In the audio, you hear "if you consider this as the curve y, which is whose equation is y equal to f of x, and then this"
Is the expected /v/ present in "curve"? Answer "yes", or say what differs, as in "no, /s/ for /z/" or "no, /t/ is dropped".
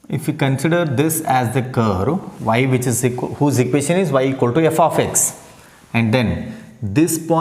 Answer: yes